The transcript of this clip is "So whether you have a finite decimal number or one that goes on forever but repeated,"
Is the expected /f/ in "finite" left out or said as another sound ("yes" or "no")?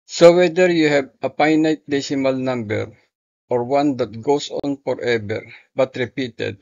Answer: yes